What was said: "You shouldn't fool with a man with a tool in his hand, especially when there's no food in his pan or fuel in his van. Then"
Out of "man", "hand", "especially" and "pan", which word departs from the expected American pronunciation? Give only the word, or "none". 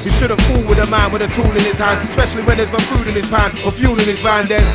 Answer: none